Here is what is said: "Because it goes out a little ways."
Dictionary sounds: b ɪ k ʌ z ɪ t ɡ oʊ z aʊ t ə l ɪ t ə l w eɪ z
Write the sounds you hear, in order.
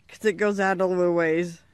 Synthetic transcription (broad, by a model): k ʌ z ɪ t ɡ oʊ z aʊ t ə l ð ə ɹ w eɪ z